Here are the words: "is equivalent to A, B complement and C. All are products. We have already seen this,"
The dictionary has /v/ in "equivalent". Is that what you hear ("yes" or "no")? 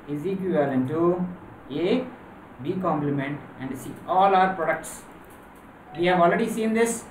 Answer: no